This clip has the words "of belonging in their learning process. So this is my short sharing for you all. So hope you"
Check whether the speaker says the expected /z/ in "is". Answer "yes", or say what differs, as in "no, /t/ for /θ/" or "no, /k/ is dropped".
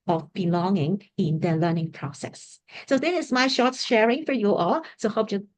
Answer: no, /s/ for /z/